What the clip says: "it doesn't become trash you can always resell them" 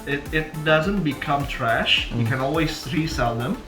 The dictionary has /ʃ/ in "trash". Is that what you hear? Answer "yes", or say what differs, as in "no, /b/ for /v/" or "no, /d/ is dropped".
yes